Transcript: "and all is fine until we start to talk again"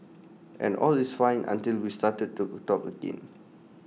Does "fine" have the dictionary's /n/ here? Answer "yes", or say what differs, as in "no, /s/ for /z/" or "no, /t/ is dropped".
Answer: yes